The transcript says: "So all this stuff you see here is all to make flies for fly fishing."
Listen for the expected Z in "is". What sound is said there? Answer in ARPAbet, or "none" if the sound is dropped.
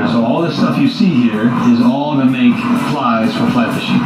Z